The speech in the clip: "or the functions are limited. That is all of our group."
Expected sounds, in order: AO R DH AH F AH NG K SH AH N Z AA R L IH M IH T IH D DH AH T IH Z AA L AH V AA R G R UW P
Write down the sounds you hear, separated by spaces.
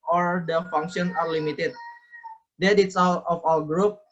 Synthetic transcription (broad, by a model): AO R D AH F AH NG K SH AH N AA R L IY M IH T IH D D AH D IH S AA L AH F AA L G R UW P